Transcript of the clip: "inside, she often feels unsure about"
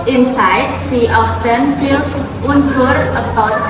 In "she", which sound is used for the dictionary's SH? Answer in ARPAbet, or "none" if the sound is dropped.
S